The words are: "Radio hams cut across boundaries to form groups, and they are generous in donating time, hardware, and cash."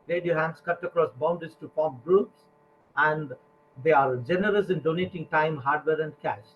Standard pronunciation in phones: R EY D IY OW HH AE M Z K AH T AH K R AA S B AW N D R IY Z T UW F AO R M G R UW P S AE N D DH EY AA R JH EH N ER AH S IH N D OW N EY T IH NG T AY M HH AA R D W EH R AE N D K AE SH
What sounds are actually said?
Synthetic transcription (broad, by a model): R EY D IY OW HH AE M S K AH T AH K R AA S B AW N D IY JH T UW P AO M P G R UW P S AE N D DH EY AA R JH EH N ER AH S IH N D OW N EY T IH NG T AY M HH AA R D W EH R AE N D K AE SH